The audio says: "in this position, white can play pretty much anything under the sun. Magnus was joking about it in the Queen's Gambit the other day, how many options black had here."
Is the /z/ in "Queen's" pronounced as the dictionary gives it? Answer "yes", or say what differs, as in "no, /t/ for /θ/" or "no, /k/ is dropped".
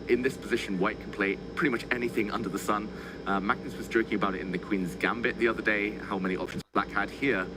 yes